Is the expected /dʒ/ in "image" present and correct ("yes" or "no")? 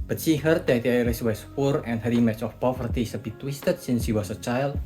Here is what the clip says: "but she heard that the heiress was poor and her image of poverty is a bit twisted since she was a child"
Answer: no